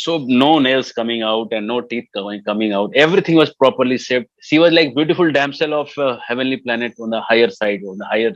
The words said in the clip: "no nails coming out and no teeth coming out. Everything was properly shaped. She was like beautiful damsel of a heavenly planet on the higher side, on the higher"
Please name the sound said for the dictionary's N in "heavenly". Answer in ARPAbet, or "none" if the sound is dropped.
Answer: N